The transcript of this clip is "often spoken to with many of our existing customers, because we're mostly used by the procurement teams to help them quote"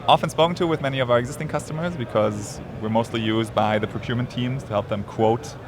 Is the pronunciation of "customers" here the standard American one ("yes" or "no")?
yes